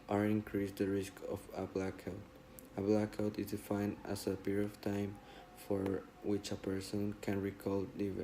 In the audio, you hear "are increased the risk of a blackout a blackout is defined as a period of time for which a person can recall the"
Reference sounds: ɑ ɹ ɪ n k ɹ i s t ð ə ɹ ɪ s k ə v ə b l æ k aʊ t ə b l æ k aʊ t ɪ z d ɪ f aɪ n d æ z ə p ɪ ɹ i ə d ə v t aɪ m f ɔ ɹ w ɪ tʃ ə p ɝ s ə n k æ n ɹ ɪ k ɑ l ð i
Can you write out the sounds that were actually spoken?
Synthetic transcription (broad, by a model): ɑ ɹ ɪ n k ɹ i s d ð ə ɹ ɪ s k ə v ə b l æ k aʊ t ə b l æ k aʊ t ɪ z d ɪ f aɪ n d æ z ə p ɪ ɹ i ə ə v t aɪ m f ɔ ɹ w ɪ tʃ ə p ɝ s ə n k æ n ɹ ɪ k ɑ l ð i